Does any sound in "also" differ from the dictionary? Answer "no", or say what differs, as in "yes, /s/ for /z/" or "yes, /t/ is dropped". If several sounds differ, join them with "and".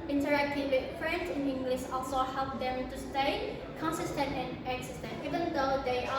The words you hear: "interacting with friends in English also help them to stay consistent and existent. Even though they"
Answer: no